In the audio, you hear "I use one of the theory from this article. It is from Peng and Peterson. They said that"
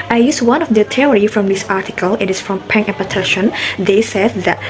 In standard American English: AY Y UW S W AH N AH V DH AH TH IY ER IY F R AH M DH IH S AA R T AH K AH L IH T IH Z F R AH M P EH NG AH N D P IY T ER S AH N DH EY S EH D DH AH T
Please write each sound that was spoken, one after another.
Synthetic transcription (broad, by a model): AY Y UW S W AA N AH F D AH T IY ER IY F R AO M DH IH S AA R T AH K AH L IH T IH S F R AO M P EH NG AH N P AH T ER SH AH N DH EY S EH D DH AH T